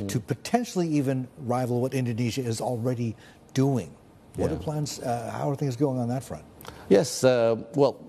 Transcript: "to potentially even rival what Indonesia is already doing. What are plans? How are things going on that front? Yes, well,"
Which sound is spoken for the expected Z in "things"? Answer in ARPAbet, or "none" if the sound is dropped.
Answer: Z